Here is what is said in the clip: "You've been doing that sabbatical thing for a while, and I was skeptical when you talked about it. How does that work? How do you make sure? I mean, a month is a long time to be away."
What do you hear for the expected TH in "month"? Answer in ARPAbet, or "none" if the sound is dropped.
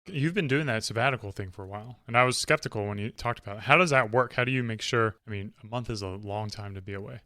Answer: TH